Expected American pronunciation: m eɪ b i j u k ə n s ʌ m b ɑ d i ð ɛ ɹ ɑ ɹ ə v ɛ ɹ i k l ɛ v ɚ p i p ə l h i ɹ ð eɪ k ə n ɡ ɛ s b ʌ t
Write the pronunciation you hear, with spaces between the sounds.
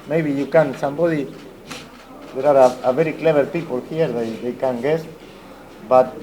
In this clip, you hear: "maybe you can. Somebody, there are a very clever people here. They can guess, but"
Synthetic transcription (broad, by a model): m eɪ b i j u k ə n s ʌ m b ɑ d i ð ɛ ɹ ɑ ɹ ə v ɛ ɹ i k l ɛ b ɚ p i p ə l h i ɹ ð eɪ k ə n ɡ ɛ s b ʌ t